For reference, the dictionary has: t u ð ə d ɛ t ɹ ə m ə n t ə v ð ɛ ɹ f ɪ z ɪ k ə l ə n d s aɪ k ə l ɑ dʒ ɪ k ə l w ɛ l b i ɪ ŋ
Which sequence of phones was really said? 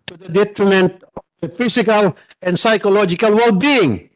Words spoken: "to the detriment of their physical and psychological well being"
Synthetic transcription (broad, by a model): t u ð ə d ɛ t ɹ ə m ə n t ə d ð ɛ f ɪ s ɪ k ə l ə n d s aɪ k ə l ɑ dʒ ɪ k ə l w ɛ l b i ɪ ŋ